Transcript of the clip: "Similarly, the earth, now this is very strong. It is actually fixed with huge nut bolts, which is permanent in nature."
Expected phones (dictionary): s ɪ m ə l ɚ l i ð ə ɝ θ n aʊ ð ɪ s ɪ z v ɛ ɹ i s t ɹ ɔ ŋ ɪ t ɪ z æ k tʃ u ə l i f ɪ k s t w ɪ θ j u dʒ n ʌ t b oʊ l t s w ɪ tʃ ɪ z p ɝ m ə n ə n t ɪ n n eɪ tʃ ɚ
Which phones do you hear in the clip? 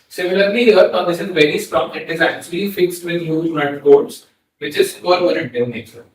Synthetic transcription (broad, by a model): s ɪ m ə l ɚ l i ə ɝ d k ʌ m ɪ ʃ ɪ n v ɛ ɹ i s t ɹ ɔ ŋ ɪ t ɪ z æ k tʃ u ə l i f ɪ k s t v ɪ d j u dʒ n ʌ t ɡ oʊ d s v ɪ tʃ ɪ z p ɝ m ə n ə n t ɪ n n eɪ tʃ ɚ